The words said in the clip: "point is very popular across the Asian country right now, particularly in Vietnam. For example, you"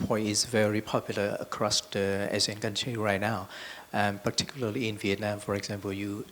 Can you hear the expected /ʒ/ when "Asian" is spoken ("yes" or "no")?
no